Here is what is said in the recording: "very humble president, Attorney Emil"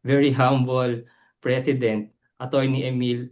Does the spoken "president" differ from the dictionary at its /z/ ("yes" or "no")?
yes